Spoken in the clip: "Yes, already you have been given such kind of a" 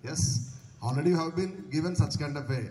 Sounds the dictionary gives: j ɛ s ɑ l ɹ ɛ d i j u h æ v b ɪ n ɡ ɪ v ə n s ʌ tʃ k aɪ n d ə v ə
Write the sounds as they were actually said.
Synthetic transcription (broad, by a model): j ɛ s ɑ l ɹ ɛ d i j u h æ v b ɪ n ɡ ɪ v ə n s ʌ tʃ k aɪ n d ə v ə